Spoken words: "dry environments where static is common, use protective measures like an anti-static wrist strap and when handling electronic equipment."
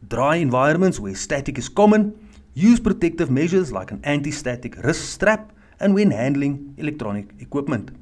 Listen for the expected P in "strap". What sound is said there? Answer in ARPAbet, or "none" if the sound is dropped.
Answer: P